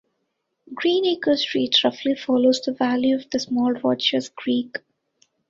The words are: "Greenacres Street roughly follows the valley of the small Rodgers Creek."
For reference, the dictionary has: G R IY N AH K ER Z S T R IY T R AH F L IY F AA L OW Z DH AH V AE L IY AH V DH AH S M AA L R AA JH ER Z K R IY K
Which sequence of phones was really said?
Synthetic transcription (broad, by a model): G R IY N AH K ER S T R IY T R AH F L IY F AA L OW Z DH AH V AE L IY AH V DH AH S M AA L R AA CH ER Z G R IY K